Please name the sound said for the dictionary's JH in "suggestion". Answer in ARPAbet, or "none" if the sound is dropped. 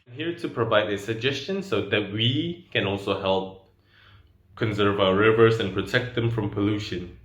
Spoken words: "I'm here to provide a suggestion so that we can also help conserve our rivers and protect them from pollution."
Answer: JH